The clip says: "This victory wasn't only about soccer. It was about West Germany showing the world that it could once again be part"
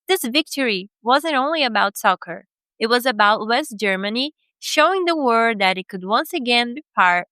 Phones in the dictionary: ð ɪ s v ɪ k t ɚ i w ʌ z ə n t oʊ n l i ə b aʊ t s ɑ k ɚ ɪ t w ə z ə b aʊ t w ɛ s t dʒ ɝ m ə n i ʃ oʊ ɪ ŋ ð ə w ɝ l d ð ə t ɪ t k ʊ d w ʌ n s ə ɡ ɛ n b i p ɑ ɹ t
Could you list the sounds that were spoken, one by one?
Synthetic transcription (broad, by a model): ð ɪ s v ɪ k t ɚ i w ʌ z ə n t oʊ n l i ə b aʊ t s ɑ k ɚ ɪ t w ə z ə b aʊ t w ɛ s t dʒ ɝ m ə n i ʃ oʊ ɪ ŋ ð ə w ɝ d ð ə t ɪ t k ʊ d w ʌ n s ə ɡ ɛ n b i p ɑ ɹ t